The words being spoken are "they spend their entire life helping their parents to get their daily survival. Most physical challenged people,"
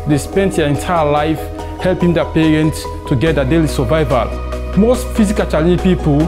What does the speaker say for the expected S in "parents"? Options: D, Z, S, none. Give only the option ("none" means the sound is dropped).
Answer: S